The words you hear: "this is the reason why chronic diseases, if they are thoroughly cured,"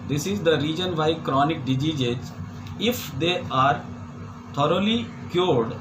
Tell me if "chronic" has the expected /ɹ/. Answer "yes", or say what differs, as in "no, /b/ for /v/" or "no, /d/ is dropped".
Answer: yes